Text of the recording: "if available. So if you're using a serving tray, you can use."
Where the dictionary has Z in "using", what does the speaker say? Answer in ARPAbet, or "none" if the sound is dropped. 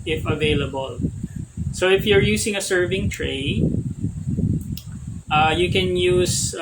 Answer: S